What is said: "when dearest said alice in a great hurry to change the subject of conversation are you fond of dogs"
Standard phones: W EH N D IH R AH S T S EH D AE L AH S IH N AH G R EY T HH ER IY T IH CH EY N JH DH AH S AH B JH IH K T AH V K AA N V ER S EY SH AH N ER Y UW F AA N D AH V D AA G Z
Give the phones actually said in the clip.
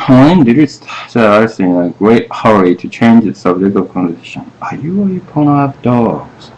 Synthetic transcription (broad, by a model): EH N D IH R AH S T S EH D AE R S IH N AH G R EY T HH ER IY T IH CH EY N JH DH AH S AH B JH IH K T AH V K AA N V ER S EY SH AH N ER Y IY P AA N AH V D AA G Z